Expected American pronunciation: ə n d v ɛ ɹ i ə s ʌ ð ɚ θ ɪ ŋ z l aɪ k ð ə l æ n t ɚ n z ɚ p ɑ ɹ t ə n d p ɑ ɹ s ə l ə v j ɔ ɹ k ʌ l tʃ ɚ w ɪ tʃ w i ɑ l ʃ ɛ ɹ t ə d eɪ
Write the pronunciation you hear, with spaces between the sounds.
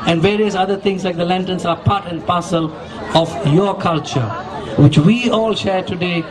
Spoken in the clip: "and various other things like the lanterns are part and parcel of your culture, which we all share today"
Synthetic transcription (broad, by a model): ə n d v ɛ ɹ i ə s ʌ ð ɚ t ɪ ŋ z l aɪ k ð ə l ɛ n t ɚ n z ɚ p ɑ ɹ t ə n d p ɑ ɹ s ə l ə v j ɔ k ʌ l tʃ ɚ w ɪ tʃ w i ɑ l ʃ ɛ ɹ t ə d eɪ